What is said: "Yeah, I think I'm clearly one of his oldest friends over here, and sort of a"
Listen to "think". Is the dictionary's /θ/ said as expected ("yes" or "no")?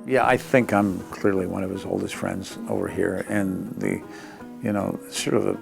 yes